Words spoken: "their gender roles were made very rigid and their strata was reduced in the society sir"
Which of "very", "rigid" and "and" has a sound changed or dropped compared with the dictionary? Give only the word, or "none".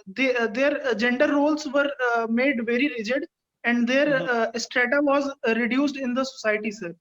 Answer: none